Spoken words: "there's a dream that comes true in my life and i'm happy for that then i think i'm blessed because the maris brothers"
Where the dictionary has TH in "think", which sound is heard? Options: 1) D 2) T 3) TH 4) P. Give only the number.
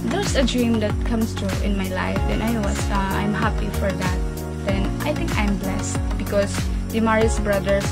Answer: 2